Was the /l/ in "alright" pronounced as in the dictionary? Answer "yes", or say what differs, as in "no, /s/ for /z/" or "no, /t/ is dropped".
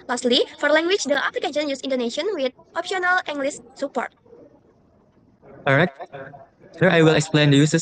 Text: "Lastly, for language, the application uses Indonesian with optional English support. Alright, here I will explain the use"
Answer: no, /l/ is dropped